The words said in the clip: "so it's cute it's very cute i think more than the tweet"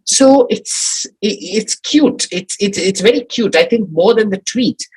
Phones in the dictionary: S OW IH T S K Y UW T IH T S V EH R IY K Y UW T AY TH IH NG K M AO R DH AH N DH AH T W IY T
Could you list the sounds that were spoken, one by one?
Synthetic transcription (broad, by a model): S OW IH T S K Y UW T IH T S V EH R IY K Y UW T AY TH IH NG K M AO R DH AH N DH AH T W IY T